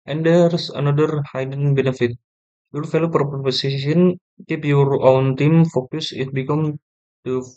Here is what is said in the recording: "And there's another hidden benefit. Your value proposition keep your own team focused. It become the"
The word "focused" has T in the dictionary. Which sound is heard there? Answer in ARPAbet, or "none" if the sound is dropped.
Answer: none